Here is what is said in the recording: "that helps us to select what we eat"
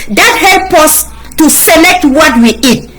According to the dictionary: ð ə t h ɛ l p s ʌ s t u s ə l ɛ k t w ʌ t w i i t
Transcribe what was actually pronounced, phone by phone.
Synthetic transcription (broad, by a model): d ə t h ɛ l p ʌ s t u s ə l ɛ k t w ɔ t w i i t